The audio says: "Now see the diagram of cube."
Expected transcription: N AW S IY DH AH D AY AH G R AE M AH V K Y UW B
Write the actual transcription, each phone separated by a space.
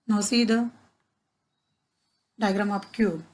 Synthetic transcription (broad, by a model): N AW S IY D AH D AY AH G R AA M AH P K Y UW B